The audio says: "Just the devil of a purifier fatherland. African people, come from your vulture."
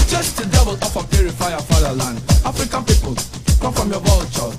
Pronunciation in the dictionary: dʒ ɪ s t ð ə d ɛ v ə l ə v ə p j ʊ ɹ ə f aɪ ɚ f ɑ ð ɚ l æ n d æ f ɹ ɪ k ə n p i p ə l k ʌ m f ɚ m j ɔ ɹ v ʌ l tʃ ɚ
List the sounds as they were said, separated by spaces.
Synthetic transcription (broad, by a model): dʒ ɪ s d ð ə d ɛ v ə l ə f ə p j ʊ ɹ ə f aɪ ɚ f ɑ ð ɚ l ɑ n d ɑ f ɹ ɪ k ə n p i p ə l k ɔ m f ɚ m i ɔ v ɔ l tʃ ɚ